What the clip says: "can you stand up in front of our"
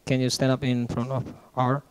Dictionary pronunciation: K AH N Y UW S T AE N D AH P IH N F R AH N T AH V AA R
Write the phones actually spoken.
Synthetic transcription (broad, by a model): K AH N Y UW S T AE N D AH P IH N F R AH N T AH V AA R